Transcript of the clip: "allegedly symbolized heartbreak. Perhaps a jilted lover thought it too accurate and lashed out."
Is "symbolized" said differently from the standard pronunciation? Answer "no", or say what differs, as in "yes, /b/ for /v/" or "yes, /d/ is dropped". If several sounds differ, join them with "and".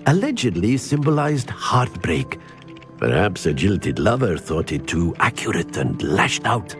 no